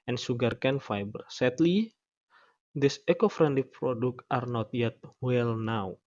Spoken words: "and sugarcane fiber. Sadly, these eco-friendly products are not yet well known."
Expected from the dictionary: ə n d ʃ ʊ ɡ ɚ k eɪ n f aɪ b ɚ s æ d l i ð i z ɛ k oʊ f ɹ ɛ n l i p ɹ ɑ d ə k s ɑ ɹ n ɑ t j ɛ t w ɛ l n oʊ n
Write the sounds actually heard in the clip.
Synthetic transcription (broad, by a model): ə n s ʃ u ɡ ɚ k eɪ n f aɪ b ɚ s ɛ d l i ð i s ɛ k oʊ f ɹ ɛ n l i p ɹ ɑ d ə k ɑ ɹ n ɑ t j ɛ t w ɛ l n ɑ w